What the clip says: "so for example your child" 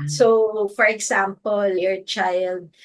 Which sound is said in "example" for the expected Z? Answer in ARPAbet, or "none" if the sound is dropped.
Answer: S